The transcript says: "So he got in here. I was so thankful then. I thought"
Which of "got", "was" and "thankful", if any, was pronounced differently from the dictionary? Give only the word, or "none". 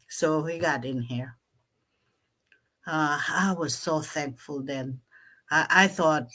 none